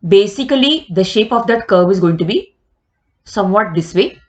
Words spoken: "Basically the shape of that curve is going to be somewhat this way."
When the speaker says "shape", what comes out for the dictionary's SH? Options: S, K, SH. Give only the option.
SH